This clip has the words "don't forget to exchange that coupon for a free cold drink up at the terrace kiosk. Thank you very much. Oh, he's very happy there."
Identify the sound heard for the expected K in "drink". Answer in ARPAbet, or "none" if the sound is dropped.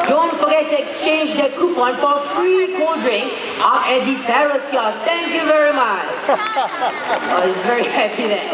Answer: none